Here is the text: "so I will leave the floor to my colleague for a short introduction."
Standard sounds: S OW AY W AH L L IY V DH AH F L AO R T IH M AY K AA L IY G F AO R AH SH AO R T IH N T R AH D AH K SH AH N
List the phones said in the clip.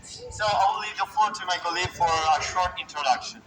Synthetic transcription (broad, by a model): S OW AY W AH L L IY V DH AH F AO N T IH M AY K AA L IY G F AO R AH SH AO R T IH N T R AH D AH K SH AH N